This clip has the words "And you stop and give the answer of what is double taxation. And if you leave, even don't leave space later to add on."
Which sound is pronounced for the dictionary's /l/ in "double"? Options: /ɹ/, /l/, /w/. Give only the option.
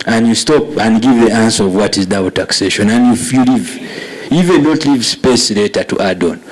/w/